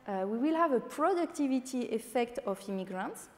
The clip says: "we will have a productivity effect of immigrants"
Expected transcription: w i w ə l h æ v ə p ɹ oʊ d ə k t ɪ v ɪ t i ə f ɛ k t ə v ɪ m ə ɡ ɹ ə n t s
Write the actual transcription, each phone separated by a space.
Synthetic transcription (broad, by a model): w i w ə l h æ v ə p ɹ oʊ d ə k t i v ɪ t i ə f ɛ k t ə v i m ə ɡ ɹ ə n t s